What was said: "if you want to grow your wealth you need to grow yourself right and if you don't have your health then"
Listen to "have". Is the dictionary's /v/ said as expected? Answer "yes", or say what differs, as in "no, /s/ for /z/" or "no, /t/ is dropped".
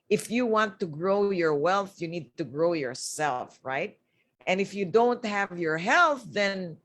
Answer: yes